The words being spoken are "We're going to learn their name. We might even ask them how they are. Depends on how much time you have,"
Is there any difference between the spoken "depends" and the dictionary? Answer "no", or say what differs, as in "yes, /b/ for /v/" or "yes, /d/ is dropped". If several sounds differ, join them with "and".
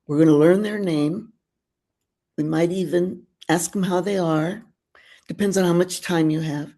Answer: no